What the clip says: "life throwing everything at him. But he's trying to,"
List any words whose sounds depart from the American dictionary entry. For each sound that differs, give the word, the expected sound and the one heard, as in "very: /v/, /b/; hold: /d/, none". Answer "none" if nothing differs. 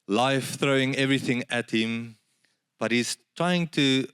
none